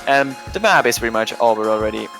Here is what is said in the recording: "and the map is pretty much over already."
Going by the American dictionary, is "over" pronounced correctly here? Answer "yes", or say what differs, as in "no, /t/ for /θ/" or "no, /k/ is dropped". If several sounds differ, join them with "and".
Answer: no, /b/ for /v/